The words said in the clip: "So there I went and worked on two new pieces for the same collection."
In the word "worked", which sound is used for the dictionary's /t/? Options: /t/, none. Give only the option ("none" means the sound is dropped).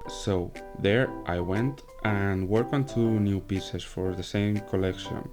none